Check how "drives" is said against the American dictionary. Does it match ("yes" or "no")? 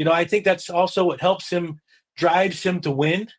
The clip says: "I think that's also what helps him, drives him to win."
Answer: yes